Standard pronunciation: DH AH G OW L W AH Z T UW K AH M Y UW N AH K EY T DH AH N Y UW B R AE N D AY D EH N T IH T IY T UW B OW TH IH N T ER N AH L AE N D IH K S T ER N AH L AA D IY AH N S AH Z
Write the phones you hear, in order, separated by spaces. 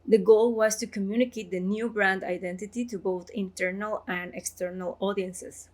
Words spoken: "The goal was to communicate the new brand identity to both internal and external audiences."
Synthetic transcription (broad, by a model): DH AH G OW L W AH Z T UW K AH M Y UW N AH K EY T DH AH N Y UW B R AE N D AY D EH N T IH T IY T UW B OW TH IH N T ER N AH L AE N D IH K S T ER N AH L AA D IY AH N S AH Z